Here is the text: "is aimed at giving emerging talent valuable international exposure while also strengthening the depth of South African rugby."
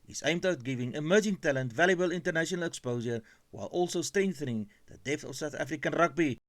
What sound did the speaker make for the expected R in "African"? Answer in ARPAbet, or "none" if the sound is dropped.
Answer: R